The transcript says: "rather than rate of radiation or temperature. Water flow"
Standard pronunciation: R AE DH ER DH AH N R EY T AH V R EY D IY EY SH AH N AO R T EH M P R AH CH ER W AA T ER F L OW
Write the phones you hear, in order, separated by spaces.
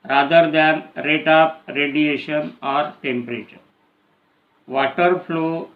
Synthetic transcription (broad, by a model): R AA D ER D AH N R EY T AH P R EY D IY EY SH AH N AO R T EH M P R AH CH ER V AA T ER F L OW